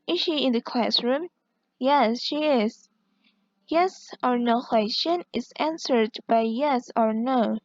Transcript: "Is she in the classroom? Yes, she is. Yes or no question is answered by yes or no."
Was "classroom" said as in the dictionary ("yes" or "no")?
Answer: yes